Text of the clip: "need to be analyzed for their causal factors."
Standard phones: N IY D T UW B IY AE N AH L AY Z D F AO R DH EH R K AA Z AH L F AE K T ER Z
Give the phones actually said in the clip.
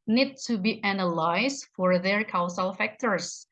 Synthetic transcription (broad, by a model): N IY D T UW B IY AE N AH L AY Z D F AO R DH EH R K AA S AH L F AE K T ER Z